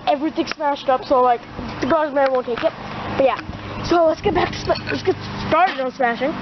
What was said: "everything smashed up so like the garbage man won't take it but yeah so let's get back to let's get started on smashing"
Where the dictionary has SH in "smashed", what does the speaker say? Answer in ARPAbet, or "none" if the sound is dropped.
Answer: SH